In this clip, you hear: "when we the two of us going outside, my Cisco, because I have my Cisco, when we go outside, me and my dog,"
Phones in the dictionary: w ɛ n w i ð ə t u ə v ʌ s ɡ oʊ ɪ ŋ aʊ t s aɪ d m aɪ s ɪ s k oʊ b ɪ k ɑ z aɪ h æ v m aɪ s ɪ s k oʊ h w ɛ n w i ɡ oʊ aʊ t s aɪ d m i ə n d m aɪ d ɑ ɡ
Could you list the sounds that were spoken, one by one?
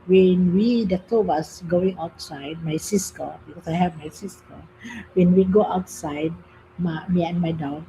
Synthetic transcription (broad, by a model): w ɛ n w i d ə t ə w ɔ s ɡ oʊ ɪ ŋ aʊ t s aɪ d m aɪ s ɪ s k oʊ b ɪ k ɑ s aɪ h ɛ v m aɪ s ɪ s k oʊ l w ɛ n w i ɡ oʊ aʊ t s aɪ d m i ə n m aɪ d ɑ